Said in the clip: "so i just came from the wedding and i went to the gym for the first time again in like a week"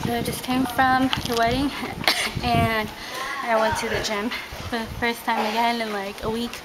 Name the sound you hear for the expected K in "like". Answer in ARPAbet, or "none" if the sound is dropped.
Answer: K